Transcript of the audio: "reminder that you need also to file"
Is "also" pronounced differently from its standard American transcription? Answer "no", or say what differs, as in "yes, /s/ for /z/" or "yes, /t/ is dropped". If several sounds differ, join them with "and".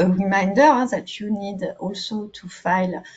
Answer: no